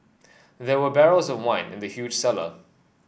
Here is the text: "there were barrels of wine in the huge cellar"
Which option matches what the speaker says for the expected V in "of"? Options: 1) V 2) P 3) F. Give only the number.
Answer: 1